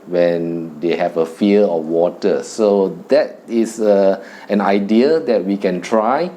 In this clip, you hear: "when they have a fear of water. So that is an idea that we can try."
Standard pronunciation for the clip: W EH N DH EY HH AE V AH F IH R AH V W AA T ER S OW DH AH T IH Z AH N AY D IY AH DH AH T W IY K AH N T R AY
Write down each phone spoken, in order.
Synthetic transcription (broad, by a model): W EH N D EY HH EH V AH F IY L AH F W AA T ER S OW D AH T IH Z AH N AY D IY AH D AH T W IY K AH N T R AY